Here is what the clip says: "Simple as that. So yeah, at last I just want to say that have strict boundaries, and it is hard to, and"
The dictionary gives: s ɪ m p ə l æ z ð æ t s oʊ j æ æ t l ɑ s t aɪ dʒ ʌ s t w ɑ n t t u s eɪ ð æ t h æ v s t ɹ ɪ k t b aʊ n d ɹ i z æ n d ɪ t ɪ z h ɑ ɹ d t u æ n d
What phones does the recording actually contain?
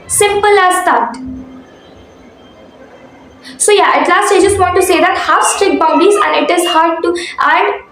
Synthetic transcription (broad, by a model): s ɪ m p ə l æ z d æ t s oʊ j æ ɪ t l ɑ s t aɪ dʒ ʌ s t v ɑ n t t u s eɪ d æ t h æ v s t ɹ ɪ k b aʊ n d i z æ n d ɪ t ɪ z h ɑ ɹ d t u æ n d